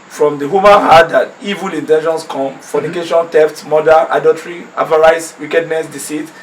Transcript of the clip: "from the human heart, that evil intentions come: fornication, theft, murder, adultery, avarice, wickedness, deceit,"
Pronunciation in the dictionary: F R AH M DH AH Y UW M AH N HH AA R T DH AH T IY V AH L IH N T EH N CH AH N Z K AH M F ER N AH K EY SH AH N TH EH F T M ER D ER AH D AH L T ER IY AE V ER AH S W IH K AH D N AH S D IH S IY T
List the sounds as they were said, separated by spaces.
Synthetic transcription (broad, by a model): F R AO M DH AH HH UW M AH N HH AA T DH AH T IY V AH L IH N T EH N SH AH N S K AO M F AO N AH K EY SH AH N T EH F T M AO D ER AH D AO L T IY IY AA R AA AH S W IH K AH D N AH S D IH S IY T